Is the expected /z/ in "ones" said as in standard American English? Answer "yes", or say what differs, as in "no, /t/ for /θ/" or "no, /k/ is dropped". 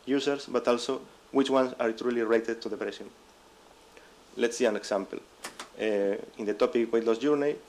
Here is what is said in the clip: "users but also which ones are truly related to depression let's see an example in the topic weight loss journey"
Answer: no, /s/ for /z/